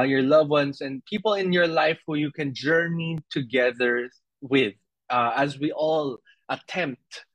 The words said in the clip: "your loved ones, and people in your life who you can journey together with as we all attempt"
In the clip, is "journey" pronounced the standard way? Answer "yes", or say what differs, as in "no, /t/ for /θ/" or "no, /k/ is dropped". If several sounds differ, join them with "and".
yes